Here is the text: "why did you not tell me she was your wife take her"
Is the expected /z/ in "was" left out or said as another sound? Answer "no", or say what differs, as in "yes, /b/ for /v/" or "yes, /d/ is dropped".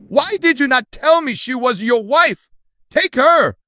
no